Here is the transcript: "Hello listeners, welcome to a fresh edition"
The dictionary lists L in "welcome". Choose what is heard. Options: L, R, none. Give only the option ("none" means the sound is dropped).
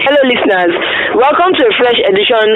L